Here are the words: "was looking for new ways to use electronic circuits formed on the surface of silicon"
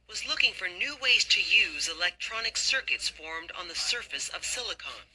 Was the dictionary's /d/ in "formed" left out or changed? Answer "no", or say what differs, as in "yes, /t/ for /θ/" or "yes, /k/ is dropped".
no